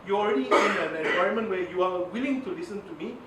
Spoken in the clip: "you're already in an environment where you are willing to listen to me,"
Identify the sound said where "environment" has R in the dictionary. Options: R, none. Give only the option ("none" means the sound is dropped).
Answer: none